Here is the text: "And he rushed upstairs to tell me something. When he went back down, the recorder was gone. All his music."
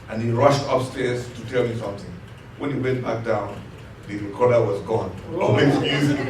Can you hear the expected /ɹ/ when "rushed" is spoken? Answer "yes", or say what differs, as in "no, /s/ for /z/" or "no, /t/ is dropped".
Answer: yes